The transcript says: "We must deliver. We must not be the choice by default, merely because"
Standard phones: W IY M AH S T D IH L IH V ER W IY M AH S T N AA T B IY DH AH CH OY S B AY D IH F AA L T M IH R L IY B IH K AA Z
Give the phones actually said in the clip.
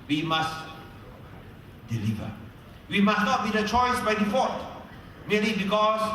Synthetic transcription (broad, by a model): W IY M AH S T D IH L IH V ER W IY M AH S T N AA T B IY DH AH CH OY S B AY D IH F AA T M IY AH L IY B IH K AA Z